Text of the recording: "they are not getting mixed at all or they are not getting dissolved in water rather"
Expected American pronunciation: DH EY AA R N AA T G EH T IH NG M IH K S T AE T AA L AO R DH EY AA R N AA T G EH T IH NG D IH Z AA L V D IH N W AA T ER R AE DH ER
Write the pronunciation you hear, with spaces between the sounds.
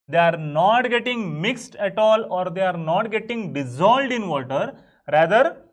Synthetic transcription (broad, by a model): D EY AA R N AA T G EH T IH NG M IH K S T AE T AA L AO R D EY AA R N AA T G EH T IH NG D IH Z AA L D IH N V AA T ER R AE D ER